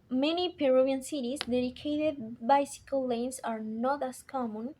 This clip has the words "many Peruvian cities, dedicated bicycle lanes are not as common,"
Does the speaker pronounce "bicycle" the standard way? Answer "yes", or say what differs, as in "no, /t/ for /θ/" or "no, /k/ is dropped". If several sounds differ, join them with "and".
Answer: yes